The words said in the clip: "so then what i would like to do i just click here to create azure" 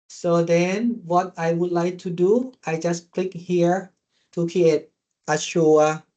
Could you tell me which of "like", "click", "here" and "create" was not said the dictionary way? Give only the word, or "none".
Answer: create